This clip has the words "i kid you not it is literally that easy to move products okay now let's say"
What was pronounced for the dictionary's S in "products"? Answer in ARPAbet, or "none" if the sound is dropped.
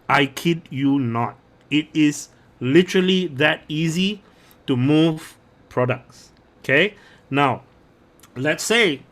S